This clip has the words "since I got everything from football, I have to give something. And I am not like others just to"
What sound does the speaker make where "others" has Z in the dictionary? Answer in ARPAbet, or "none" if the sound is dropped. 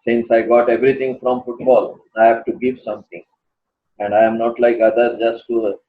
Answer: none